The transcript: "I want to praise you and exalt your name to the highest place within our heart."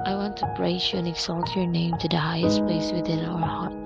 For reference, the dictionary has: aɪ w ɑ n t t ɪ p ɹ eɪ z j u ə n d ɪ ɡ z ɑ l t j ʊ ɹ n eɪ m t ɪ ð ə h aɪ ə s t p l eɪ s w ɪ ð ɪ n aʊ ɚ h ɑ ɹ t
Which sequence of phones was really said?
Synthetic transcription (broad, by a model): aɪ w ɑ n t t ɪ b ɹ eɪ s j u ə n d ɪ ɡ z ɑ l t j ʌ ɹ n eɪ m t ɪ ð ə h aɪ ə s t p l eɪ s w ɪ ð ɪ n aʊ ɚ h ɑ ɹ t